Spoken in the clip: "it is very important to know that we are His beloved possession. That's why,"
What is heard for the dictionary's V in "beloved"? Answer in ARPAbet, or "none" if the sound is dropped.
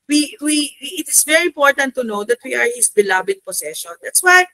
B